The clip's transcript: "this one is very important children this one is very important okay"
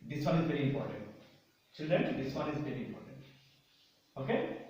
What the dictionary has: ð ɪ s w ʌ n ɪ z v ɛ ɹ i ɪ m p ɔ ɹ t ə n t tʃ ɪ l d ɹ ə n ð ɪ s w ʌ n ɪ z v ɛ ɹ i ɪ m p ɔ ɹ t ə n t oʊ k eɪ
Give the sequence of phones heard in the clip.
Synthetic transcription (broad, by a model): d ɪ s w ʌ n ɪ z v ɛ ɹ i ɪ m p ɔ ɹ t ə n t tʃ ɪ d ə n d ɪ s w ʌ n ɪ z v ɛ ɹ i ɪ m p ɔ ɹ t ə n t oʊ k eɪ